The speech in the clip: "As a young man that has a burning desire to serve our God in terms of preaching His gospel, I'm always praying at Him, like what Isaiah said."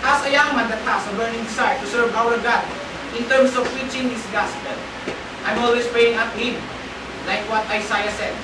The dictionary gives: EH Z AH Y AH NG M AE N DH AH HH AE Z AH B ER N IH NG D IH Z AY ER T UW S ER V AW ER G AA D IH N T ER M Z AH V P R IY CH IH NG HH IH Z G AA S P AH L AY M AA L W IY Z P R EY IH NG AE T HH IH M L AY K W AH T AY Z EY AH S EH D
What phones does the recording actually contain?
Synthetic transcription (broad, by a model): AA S AH Y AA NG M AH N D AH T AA S AH B ER N IH NG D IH S AY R T UW S ER V AW ER G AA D IH N T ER M S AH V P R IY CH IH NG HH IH S G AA S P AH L AY M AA L W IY S P R EY IH NG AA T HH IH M L AY K W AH T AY S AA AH S EH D